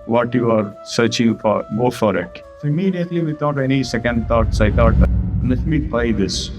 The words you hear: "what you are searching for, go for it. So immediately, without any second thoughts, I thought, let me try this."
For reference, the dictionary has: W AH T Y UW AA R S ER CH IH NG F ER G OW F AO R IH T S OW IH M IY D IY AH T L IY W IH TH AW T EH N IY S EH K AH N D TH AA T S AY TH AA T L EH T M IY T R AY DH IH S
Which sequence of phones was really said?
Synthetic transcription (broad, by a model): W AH T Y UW AA R S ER CH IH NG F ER G OW F AO R IH T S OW IH M IY D IY AH T L IY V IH T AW T EH N IY S EH K AH N D T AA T S AY T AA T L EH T M IY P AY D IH S